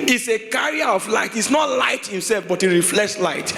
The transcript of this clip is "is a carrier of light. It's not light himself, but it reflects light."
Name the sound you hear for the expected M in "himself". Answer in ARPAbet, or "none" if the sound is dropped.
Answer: M